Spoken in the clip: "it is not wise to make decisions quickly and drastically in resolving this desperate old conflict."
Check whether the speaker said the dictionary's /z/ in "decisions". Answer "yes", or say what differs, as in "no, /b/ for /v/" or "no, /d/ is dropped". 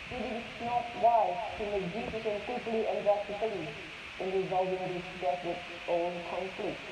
no, /z/ is dropped